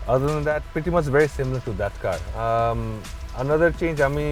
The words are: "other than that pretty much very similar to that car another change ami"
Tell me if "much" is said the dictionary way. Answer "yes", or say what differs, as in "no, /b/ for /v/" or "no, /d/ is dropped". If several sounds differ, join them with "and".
no, /s/ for /tʃ/